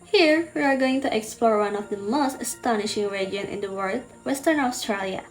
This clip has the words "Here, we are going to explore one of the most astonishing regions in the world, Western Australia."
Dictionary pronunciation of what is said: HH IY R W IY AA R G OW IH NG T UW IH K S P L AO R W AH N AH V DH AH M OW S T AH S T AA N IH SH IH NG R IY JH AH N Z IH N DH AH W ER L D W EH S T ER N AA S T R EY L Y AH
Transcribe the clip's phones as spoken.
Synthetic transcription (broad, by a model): HH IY R W IY AA R G OW IH NG T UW IH K S P L AO R W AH N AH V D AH M OW S T AH S T AA N IH SH IH NG R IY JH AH N IH N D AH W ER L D W EH S T ER N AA S T R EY L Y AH